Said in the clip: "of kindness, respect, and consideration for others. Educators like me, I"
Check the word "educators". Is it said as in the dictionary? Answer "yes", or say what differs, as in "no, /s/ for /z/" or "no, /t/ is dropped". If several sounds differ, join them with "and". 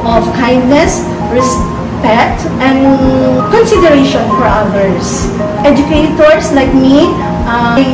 no, /s/ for /z/